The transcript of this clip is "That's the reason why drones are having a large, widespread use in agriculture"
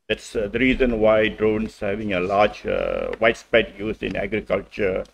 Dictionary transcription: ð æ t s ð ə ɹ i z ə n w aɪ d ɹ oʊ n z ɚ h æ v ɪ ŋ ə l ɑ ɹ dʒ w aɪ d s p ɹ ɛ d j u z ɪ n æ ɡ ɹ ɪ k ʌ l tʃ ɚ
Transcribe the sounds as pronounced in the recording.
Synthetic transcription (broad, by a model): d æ t s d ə ɹ i z ə n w aɪ d ɹ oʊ n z h æ v ɪ ŋ ə l ɑ ɹ dʒ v aɪ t s p ɛ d j u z ɪ n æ ɡ ɹ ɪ k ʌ l tʃ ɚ